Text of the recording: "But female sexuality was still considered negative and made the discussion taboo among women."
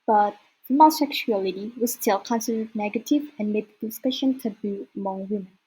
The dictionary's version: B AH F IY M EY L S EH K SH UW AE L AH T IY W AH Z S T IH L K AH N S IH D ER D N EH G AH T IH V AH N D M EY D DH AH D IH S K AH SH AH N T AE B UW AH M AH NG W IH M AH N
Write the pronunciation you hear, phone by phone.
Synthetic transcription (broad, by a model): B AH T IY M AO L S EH K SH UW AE L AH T IY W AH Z S T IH L K AH N S IH D ER D N EH G AH T IH V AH N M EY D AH D IH S K AH SH AH N T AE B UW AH M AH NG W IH M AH N